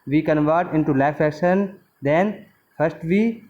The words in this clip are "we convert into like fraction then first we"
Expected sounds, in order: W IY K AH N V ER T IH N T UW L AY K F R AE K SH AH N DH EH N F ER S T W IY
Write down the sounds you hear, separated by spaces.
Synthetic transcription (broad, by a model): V IY K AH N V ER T IH N T UW L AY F AE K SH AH N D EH N F ER S T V IY